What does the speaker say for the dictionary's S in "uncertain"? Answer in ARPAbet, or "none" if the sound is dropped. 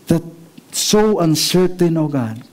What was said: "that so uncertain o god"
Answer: S